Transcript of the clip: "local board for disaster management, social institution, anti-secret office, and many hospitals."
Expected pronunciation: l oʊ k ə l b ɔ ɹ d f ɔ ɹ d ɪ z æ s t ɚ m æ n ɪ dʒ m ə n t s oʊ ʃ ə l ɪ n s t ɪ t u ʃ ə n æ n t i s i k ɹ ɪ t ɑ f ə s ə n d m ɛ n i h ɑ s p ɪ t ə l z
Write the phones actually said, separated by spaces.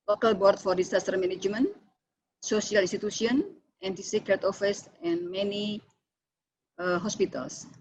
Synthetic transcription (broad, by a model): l oʊ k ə l b ɔ ɹ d f ɔ ɹ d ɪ s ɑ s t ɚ m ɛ n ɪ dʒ m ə n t s oʊ s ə l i n s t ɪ t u s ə n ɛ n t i s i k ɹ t ɑ f ə s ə n m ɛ n i h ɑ s p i t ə l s